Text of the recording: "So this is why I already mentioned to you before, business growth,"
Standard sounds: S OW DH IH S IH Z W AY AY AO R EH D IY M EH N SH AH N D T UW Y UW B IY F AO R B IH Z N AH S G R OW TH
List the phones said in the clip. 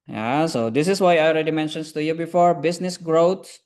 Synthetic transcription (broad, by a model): S OW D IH S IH S W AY AY AO R EH D IY M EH N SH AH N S T UW Y UW B IY F AO R B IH S N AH S G R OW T